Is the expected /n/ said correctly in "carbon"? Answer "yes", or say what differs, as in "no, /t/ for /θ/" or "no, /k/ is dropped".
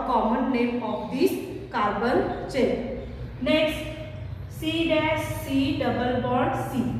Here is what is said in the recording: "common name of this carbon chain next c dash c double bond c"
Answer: no, /l/ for /n/